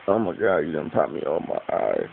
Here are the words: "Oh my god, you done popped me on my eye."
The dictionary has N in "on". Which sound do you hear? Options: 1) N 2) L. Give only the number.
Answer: 2